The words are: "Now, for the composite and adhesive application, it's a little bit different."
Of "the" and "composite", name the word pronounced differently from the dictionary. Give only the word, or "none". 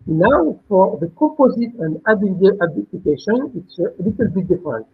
none